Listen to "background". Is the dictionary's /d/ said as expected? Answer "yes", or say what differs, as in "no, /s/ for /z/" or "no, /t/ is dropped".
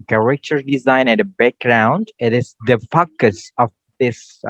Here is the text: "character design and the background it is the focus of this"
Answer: yes